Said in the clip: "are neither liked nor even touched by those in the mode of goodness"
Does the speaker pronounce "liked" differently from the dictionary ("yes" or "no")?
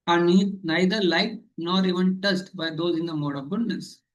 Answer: yes